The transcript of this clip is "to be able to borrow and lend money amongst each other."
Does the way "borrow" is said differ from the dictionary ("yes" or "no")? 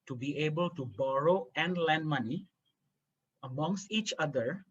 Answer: no